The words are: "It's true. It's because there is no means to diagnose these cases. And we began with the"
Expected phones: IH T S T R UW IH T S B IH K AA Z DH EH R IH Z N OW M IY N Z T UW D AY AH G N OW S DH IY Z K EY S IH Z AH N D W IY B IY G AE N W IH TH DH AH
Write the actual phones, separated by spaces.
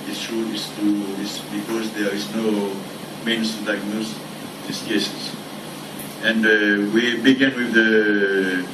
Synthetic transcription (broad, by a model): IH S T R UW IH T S B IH K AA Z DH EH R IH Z N OW M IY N S T UW D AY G N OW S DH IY S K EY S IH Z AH N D W IY B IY G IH N W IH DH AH